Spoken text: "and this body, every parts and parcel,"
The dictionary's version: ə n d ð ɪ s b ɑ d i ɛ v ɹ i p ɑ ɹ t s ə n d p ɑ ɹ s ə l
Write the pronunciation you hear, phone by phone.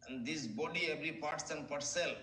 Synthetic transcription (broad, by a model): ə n d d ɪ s b ɑ d i ɛ v ɹ i p ɑ ɹ t s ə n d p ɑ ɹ s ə l